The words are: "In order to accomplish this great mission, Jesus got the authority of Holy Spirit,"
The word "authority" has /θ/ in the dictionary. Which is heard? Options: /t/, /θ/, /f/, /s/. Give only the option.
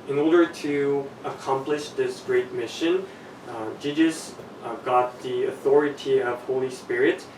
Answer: /θ/